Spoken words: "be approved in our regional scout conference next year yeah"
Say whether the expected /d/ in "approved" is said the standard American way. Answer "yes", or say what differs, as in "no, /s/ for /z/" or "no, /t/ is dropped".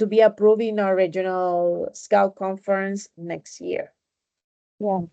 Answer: no, /d/ is dropped